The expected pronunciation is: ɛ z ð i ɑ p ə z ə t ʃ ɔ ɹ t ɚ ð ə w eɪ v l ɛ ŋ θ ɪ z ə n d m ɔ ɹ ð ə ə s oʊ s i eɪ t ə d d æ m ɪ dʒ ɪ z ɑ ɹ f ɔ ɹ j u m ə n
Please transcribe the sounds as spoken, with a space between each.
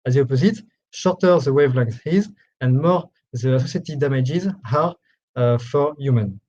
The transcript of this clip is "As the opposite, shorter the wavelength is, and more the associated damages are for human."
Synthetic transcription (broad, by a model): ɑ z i ɑ p ə z ə t ʃ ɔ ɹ t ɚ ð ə w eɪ v l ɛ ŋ s ɪ z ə n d m ɔ ɹ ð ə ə s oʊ s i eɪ t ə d d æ m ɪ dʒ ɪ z ɑ ɹ f ɔ ɹ j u m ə n